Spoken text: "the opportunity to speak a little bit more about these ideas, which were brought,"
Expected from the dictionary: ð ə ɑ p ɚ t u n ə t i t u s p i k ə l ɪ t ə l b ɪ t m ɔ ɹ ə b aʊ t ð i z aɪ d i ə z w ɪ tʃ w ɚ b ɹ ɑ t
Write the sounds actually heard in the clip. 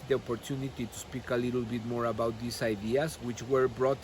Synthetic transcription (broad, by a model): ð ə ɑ p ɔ t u n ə t i t u s p i k ə l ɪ t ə l b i t m ɔ ɹ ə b aʊ t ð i s aɪ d i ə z w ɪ tʃ w ɚ b ɹ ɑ t